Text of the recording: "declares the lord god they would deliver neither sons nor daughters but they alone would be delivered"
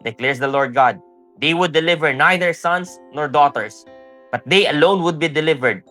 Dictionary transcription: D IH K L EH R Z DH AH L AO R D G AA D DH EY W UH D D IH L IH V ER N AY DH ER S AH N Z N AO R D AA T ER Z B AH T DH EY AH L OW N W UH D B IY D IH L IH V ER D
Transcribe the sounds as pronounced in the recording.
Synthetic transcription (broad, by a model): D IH K L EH R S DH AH L AO R D G AA D EY W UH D D IH L IH V ER N AY DH ER S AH N S N AO R D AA T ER S B AH T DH EY AH L OW N W UH D B IY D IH L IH V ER D